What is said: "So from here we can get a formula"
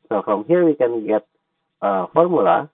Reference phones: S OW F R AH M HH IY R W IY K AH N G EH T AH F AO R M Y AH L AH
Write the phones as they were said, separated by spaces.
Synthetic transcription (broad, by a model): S OW F R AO M HH IY R W IY K AH N G EH T AH F AO R M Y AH L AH